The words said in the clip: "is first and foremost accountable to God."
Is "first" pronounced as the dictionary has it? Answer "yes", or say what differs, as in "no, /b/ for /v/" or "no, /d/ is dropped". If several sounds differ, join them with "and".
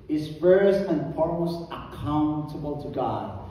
no, /t/ is dropped